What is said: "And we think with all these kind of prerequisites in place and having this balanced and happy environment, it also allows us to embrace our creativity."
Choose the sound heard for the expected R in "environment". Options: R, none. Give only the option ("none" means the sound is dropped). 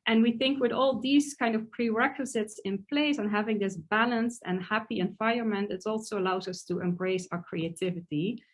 none